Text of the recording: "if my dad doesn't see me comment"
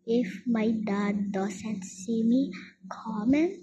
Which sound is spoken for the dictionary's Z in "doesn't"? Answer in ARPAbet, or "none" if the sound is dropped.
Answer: S